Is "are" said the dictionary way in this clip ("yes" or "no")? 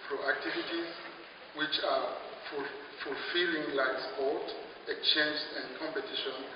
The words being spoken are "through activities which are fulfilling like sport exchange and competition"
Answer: no